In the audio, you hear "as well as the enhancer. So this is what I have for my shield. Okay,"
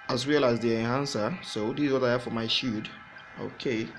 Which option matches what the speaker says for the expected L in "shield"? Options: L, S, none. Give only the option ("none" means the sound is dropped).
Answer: none